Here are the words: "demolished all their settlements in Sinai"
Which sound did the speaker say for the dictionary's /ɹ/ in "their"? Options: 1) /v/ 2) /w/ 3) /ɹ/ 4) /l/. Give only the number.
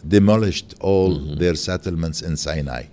3